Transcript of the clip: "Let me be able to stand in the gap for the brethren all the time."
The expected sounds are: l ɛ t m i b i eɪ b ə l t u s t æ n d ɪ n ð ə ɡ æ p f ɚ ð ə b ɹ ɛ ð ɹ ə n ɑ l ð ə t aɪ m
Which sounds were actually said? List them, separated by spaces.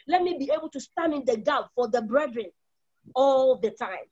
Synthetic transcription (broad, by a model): l ɛ t m i b i eɪ b ə l t u s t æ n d ɪ n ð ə ɡ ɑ b f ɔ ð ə b ɹ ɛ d ɹ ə n ɑ l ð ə t aɪ m